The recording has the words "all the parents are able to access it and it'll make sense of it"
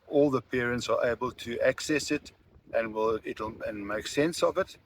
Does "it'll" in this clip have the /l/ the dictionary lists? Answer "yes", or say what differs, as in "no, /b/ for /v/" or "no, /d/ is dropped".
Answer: no, /n/ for /l/